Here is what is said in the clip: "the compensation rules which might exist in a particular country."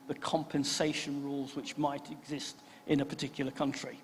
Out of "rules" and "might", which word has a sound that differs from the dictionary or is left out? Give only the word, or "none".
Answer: none